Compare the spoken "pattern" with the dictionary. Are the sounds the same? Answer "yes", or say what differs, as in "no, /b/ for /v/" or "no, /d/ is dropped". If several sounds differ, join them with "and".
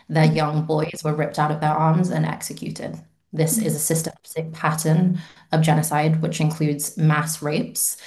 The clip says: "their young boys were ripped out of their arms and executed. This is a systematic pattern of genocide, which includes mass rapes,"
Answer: yes